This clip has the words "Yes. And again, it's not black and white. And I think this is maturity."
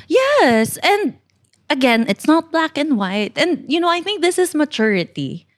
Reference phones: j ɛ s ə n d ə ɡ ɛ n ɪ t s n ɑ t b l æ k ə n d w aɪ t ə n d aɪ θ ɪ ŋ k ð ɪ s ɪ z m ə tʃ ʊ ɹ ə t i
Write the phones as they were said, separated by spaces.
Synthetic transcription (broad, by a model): j ɛ s ə n d ə ɡ ɛ n ɪ t s n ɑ t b l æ k ə n d w aɪ t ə n d aɪ θ ɪ ŋ k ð ɪ s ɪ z m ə tʃ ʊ ɹ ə t i